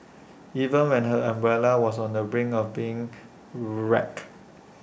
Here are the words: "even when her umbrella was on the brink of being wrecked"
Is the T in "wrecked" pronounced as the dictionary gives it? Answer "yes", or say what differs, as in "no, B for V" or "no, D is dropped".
no, T is dropped